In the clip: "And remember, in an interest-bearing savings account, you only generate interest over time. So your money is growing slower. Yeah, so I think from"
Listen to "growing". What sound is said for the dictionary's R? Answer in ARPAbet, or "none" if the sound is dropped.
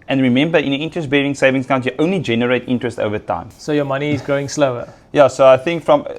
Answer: R